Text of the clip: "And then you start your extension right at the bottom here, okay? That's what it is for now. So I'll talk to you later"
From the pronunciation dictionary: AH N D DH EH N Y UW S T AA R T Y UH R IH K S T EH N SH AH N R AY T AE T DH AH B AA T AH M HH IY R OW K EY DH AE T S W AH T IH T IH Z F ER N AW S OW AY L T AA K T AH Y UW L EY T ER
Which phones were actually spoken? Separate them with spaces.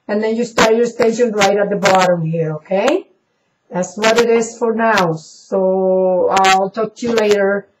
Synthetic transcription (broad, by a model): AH N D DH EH N Y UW S T AA R T Y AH R S T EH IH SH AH N R AY T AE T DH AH B AA T AH M HH IY R OW K EY DH AE T S W AH T IH T IH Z F ER N AW S OW AY L T AA K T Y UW L EY T ER